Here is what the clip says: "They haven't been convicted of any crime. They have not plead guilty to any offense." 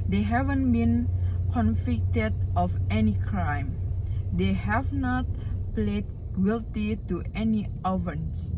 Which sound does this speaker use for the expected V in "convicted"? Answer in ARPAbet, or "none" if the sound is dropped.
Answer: F